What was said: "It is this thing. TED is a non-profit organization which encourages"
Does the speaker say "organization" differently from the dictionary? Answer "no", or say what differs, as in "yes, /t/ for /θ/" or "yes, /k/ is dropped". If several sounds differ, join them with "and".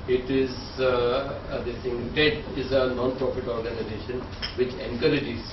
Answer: no